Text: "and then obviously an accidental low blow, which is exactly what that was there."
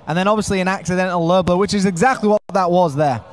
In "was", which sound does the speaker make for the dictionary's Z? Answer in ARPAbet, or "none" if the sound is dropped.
Z